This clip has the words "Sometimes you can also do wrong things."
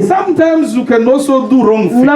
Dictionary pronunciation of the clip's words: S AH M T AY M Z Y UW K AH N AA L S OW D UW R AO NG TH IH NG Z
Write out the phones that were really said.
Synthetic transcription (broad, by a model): S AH M T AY M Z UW K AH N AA S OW D UW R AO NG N